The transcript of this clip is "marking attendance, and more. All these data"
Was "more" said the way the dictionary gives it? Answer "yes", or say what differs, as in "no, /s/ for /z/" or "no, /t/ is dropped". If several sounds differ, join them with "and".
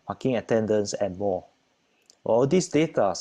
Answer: no, /w/ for /ɹ/